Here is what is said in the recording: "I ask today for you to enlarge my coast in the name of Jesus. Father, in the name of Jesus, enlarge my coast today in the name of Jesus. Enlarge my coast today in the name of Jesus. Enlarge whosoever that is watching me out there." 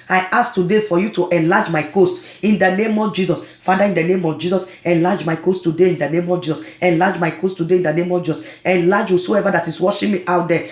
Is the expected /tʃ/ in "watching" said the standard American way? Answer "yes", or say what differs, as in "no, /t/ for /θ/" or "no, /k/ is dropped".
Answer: no, /ʃ/ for /tʃ/